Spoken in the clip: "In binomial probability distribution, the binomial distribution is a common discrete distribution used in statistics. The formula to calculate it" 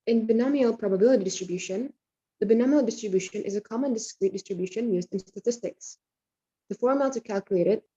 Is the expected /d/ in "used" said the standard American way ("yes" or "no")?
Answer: yes